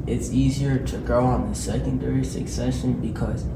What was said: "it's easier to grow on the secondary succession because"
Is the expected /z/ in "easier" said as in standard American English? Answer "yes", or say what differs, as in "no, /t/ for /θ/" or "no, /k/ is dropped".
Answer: yes